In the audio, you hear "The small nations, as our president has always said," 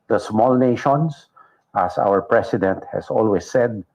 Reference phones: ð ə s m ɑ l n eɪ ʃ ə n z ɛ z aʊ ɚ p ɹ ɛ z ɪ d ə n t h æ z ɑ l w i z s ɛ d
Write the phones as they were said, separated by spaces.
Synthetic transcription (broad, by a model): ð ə s m ɑ l n eɪ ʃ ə n s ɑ s aʊ ɚ p ɹ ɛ s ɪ d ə n t h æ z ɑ l w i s ɛ d